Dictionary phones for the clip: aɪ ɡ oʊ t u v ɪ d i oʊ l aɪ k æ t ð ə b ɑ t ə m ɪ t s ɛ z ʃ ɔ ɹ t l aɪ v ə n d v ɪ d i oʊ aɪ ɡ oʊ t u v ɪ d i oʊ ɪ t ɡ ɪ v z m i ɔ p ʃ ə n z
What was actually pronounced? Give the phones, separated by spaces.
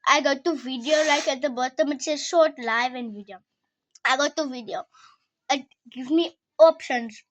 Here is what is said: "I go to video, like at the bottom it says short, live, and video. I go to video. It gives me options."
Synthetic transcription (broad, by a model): aɪ ɡ oʊ t u v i d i oʊ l aɪ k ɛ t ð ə b ɑ t ə m ɪ t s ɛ ʃ ɔ t l aɪ v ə n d v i d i oʊ aɪ ɡ oʊ t u v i d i oʊ ɪ t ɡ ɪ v m i ɔ p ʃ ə n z